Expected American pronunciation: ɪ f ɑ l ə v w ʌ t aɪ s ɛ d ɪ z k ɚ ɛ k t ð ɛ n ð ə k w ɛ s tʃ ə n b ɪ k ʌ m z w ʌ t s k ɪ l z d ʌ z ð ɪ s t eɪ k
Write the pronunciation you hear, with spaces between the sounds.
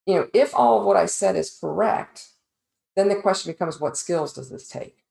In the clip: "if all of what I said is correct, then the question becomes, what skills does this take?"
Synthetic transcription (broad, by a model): ɪ f ɑ l ə v w ʌ t aɪ s ɛ d ɪ z k ɚ ɛ k t ð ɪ n ð ə k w ɛ s tʃ n b ɪ k ʌ m z w ʌ t s k ɪ l z d ʌ z ð ɪ s t eɪ k